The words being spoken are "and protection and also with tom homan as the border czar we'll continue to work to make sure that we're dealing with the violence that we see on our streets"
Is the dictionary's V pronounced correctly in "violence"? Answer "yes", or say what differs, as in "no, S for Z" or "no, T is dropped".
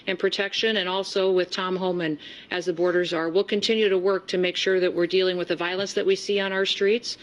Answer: yes